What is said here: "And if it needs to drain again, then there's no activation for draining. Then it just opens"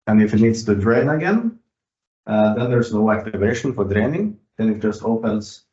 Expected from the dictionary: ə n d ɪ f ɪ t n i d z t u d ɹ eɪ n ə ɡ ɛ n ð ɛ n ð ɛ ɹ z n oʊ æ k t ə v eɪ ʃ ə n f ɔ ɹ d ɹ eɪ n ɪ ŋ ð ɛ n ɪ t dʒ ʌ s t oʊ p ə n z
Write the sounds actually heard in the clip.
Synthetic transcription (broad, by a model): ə n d ɪ f ɪ t n i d s t u d ɹ eɪ n ə ɡ ɛ n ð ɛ n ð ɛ ɹ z n oʊ æ k t ə v eɪ ʃ ə n f ɔ ɹ d ɹ eɪ n ɪ ŋ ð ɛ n ɪ t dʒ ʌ s t oʊ p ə n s